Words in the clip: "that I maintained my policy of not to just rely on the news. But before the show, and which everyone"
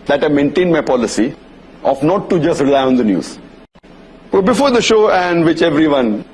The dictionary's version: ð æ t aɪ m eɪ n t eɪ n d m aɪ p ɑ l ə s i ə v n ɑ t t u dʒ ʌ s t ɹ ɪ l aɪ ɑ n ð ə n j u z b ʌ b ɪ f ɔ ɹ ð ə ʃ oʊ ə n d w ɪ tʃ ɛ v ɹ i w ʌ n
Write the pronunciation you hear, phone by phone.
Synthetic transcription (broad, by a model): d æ t aɪ m eɪ n t eɪ n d m aɪ p ɑ l ə s i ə f n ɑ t t u dʒ ʌ s t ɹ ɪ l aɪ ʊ n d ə n j u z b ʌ b ɪ f ɔ ɹ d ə ʃ oʊ ə n d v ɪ tʃ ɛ v ɹ i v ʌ n